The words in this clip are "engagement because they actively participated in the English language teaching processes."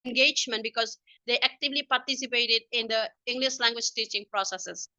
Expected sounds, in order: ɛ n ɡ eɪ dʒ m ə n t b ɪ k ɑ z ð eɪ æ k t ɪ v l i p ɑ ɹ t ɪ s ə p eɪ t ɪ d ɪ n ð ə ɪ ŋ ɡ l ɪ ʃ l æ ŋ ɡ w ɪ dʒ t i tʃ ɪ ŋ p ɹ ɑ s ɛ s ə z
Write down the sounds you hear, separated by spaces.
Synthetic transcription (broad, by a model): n ɡ eɪ dʒ m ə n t b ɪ k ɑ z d eɪ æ k t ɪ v l i p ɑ ɹ t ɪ s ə p eɪ t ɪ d ɪ n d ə ɪ ŋ ɡ l ɪ ʃ l æ ŋ ɡ w ɪ dʒ t i tʃ ɪ ŋ p ɹ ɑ s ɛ s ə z